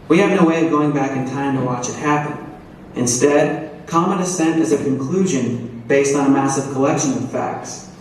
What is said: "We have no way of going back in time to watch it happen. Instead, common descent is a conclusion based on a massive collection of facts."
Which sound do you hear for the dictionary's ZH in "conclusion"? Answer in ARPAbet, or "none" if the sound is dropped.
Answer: ZH